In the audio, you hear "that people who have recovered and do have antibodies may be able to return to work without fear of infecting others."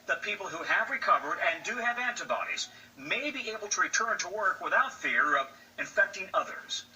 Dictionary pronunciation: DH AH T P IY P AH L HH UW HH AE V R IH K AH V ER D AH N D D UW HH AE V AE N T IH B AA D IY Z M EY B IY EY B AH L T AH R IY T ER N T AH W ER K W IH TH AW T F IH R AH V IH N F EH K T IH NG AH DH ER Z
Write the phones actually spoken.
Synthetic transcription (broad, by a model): DH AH T P IY P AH L HH UW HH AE V R IH K AH V ER D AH N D D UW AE V AE N T IH B AA D IY Z M EY B IY EY B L T AH R IY T ER N T AH W ER K W IH TH AW T F IH R AH V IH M F EH K T IH NG AH DH ER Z